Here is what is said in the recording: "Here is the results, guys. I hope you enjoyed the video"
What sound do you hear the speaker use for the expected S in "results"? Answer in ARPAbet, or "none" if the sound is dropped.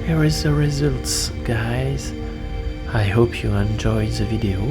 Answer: S